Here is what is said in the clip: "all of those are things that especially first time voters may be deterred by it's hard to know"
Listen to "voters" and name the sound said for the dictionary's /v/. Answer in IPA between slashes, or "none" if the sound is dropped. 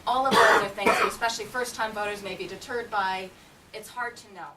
/v/